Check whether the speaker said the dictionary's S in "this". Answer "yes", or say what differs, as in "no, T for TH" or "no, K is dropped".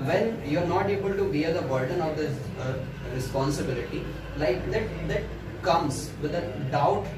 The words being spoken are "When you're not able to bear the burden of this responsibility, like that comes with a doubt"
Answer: no, S is dropped